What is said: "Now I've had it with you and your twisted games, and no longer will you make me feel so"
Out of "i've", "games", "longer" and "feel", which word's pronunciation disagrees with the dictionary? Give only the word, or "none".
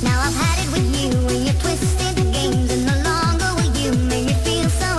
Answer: none